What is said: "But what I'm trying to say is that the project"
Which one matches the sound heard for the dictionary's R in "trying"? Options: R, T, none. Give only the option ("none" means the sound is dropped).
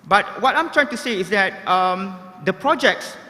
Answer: R